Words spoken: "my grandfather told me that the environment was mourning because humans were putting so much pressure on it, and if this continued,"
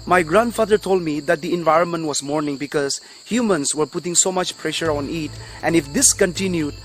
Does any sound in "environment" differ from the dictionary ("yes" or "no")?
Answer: no